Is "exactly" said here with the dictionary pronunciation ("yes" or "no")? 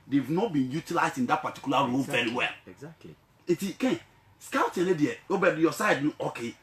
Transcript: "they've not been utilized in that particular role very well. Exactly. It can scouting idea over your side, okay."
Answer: no